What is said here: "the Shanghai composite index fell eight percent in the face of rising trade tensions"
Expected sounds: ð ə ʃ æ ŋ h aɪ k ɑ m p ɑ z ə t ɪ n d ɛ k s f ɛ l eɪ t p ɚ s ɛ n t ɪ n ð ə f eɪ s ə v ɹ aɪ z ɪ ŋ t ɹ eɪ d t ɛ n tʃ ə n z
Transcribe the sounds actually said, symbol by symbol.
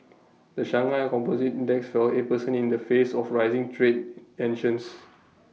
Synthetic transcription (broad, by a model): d ə ʃ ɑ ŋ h aɪ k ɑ m p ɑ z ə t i n d ɛ k s f ɛ l eɪ t p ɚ s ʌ n ɪ n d ə f eɪ s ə f ɹ aɪ z ɪ ŋ t ɹ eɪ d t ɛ n ʃ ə n s